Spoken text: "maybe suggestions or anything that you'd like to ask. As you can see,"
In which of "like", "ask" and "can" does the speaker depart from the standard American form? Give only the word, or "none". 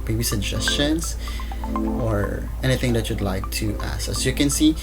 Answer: ask